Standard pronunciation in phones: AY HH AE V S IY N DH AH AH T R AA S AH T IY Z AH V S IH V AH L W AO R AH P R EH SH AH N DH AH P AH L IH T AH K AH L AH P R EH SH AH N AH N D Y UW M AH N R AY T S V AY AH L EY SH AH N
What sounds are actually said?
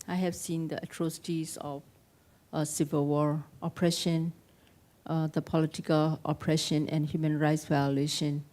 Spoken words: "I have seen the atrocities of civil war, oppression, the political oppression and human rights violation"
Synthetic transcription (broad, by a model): AY HH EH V S IY N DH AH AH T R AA S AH T IY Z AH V S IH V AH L W AO R AH P R EH SH AH N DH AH P AH L IH T AH K AH L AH P R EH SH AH N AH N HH Y UW M AH N R AY T S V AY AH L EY SH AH N